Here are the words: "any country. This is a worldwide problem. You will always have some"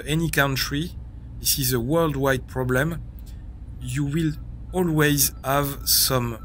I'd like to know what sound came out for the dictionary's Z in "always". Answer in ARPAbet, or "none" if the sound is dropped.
Z